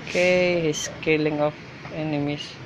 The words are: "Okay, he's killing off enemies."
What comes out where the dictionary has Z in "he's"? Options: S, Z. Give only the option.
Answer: S